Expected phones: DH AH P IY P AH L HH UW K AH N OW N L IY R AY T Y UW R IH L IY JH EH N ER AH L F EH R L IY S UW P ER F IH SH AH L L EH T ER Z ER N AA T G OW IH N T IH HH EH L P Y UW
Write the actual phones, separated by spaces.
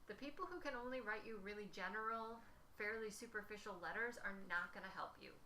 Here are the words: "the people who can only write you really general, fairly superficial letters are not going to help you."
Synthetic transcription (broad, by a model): DH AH P IY P L HH UW K AH N OW N L IY R AY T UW R IH L IY JH EH N ER L F EH R L IY S UW P ER F IH SH L L EH T ER Z ER N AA T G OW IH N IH HH EH L P Y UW